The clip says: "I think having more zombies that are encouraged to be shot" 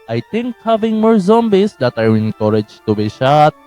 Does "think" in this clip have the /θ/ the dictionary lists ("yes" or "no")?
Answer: no